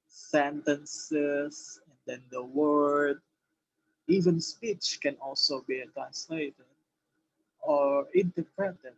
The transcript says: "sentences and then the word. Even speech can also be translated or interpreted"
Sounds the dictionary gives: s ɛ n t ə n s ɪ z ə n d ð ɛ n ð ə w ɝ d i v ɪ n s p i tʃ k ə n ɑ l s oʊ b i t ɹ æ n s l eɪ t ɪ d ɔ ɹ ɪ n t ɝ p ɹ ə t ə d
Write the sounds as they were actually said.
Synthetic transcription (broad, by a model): s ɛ n t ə n s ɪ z ə n d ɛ n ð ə w ɝ d i v ɪ n s p i tʃ k ə n ɑ l s oʊ b i t ɹ æ n s l eɪ t ɪ d ɔ ɹ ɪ n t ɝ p ɹ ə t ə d